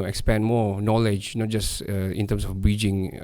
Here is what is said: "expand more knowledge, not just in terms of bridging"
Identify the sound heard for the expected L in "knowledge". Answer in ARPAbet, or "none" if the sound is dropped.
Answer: L